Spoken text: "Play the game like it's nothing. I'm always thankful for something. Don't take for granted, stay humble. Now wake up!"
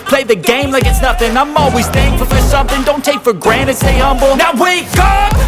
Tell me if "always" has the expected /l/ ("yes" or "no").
yes